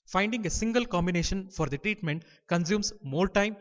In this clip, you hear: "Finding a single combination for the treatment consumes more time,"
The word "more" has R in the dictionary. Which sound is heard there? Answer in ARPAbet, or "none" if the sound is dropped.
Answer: L